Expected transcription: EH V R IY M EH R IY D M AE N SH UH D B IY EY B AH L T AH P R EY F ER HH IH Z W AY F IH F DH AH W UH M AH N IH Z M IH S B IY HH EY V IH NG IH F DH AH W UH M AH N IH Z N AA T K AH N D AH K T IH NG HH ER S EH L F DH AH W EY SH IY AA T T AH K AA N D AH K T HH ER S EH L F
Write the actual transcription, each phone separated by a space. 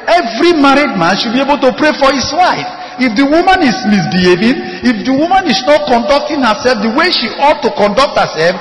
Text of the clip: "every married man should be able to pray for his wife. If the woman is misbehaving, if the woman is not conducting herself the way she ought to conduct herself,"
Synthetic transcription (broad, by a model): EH V R IY M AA R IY D M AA N SH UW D B IY EY B AH L T AH P R EY F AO HH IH S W AY F IH F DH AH W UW M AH N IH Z M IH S B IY HH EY V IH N IH F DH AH W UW M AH N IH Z N AA T K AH N D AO K T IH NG HH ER S EH L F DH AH W EY SH IY AA T T AH K AA N D AH K T HH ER S EH L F